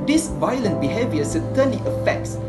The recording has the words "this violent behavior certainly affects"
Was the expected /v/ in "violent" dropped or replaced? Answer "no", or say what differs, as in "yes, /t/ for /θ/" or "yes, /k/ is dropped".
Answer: no